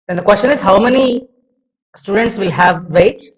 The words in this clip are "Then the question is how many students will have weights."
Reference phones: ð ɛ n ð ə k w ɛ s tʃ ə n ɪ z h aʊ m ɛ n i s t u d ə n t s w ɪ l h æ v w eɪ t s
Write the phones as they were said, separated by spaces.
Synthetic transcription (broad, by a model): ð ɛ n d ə k w ɛ s tʃ ə n ɪ z h aʊ m ɛ n i s t u d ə n t s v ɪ l h æ v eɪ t